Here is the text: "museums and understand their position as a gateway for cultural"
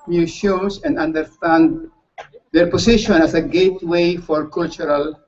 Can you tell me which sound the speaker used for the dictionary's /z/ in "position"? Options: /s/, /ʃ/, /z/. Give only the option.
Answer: /s/